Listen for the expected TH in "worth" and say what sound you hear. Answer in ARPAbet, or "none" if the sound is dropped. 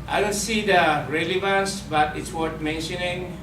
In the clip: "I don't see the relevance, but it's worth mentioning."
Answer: T